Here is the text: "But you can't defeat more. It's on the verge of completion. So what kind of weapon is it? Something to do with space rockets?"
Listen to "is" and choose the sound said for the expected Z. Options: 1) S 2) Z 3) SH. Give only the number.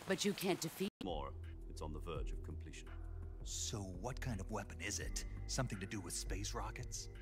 2